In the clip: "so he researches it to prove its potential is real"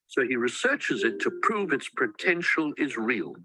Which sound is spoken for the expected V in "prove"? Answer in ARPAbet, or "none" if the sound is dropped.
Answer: V